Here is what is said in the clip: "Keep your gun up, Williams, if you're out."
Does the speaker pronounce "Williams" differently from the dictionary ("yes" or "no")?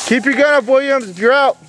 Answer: no